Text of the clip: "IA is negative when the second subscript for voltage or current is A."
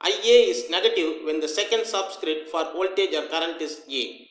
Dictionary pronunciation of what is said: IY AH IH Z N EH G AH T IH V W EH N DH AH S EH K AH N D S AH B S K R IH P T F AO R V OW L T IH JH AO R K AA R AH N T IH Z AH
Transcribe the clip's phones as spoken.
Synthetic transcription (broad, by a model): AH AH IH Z N EH G AH T IH V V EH N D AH S EH K AH N D S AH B S K R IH T F AO R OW L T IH JH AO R K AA R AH N T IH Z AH